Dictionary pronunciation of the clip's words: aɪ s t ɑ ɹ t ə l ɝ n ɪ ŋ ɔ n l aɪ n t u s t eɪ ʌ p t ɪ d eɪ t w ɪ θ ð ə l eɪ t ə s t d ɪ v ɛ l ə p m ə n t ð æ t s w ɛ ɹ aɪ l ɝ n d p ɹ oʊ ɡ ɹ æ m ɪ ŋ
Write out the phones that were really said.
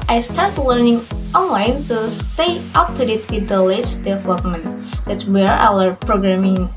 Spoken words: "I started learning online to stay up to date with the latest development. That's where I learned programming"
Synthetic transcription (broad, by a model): aɪ s t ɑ ɹ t l ɝ n ɪ ŋ ɔ n l aɪ n t u s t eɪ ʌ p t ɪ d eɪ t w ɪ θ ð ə l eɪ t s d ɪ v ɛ l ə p m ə n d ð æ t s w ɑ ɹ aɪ w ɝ p ɹ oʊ ɡ ɹ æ m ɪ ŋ